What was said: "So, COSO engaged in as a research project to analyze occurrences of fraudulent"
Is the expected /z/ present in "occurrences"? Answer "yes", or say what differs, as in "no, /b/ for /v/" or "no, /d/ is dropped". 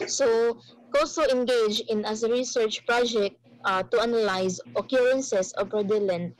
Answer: no, /s/ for /z/